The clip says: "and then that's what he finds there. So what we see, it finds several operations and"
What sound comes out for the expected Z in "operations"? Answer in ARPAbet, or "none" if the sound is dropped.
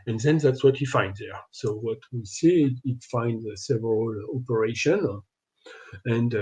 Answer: none